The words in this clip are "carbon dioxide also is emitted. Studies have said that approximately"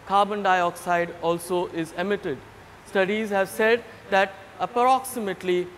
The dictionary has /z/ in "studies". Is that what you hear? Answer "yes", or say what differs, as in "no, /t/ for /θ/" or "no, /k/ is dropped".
yes